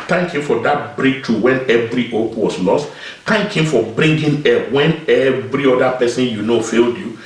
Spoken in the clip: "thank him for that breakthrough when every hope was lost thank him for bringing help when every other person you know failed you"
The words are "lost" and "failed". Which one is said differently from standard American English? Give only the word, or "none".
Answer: none